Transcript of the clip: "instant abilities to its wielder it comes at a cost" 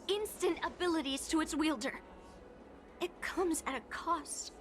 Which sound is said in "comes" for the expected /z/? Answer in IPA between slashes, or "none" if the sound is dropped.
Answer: /z/